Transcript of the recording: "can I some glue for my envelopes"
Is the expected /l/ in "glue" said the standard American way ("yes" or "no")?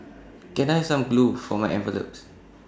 yes